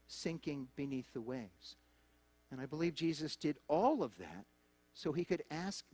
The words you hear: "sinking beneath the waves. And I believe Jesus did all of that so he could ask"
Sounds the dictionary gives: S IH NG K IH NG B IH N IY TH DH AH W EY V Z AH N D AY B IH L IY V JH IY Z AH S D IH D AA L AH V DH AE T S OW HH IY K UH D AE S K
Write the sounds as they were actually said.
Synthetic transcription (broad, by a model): S IH NG K IH NG B IH N IY TH DH AH W EY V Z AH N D AY B IH L IY V JH IY Z AH S D IH D AA L AH V DH AE T S OW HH IY K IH D AE S K